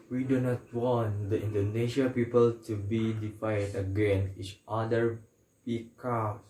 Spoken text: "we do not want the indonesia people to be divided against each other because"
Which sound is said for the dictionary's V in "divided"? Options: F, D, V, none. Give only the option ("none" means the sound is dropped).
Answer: F